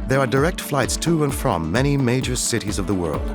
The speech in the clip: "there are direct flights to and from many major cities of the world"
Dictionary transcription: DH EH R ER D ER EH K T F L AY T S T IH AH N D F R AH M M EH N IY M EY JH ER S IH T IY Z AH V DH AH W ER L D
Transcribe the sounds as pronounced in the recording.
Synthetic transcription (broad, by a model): DH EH R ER D ER EH K T F L AY T S T IH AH N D F R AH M M EH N IY M EY JH ER S IH T IY Z AH V DH AH W ER L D